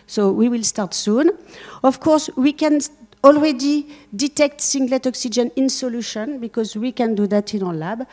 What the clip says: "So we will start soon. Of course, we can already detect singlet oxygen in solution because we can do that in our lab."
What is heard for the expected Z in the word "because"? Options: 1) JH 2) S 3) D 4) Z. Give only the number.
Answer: 4